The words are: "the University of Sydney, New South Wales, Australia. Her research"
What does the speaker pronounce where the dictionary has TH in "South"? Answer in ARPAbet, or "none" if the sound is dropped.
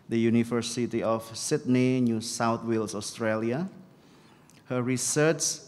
T